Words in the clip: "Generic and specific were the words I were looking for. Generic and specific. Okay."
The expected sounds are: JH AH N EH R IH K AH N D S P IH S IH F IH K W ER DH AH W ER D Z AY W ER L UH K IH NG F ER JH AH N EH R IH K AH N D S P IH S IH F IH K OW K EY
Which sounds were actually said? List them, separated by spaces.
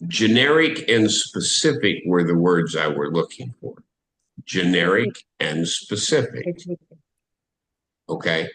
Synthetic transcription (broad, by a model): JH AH N EH R IH K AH N S P IH S IH F IH K W ER DH AH W ER D Z AY W ER L UH K IH NG F ER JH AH N EH R IH K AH N S P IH S IH F IH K OW K EY